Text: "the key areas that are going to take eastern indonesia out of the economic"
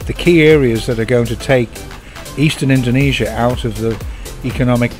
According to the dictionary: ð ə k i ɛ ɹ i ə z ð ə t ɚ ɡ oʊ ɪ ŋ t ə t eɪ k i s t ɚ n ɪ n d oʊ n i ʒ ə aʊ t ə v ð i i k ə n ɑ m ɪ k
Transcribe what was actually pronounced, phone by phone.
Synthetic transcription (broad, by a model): ð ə k i ɛ ɹ i ə z ð ə t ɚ ɡ oʊ ɪ ŋ t ə t eɪ k i s t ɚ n ɪ n d oʊ n i ʒ ə aʊ t ə v ð i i k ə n ɑ m ɪ k